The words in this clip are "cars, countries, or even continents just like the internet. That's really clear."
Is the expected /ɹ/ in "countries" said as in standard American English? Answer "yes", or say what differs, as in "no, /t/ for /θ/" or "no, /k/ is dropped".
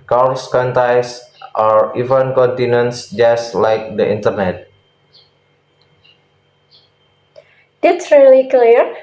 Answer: no, /ɹ/ is dropped